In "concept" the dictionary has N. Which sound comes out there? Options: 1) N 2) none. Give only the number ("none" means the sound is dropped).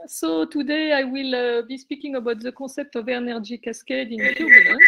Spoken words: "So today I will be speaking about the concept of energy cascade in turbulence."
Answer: 2